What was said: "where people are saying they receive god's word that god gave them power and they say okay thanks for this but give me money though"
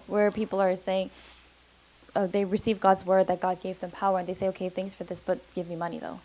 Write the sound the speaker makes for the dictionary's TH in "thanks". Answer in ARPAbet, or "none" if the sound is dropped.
TH